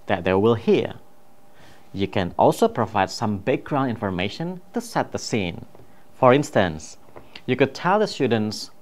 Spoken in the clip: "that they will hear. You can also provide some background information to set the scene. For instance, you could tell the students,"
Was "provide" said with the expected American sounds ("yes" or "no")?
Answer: yes